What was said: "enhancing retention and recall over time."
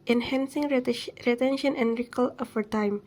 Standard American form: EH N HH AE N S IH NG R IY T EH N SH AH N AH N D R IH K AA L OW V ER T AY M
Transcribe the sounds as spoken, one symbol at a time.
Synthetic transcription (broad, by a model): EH N HH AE N S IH NG R IY T EH N SH AH N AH N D R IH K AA L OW F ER T AY M